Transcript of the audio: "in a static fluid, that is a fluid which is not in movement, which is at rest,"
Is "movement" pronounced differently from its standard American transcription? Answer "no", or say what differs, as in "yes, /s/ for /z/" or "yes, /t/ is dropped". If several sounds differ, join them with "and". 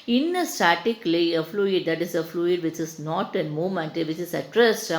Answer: yes, /v/ is dropped